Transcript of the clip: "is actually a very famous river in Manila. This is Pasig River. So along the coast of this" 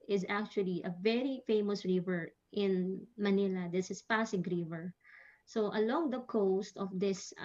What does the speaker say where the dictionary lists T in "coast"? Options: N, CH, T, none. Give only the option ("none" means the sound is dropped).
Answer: T